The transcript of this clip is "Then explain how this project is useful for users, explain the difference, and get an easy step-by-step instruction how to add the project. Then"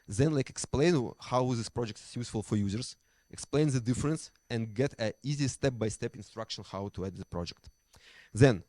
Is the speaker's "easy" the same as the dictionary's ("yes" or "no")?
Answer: yes